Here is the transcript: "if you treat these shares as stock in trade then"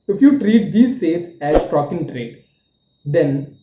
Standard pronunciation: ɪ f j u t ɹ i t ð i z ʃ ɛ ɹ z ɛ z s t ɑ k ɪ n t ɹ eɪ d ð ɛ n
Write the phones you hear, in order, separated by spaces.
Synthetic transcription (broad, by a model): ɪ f j u t ɹ i t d i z s ɛ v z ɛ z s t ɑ k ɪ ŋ t ɹ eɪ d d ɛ n